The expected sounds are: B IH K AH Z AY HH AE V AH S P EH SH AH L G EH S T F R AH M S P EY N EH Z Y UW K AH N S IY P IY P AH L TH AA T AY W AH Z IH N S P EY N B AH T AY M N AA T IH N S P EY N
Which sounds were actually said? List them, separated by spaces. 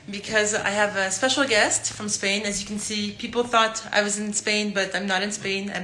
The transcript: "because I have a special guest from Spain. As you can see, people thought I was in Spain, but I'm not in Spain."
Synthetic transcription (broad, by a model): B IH K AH Z AY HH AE V AH S P EH SH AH L G EH S T F R AH M S P EY N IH Z Y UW K N S IY P IY P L TH AA T AY W AH Z IH N S P EY N B AH T AY M N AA T IH N S P EY N